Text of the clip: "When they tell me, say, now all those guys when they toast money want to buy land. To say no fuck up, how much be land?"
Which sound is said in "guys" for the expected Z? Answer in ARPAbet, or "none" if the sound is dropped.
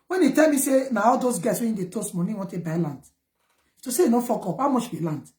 S